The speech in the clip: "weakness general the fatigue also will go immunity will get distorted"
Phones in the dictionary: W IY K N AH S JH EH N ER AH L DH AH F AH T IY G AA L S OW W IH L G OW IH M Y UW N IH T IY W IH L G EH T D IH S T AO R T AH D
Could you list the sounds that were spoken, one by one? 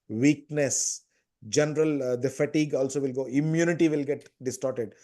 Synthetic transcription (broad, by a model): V IY K N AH S JH EH N ER AH L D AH F AH T IY G AA L S OW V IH L G OW IH M Y UW N IH T IY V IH L G EH T D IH S T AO R T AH D